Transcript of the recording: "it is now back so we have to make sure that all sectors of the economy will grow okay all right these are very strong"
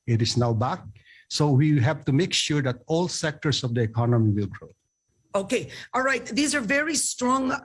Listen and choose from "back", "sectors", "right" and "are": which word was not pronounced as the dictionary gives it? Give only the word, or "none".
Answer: sectors